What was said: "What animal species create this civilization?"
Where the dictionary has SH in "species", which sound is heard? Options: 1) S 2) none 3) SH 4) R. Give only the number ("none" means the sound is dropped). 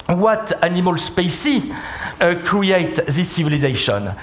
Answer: 1